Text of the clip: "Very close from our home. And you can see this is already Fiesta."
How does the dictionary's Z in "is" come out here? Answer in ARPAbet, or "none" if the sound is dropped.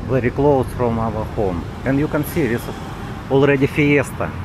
S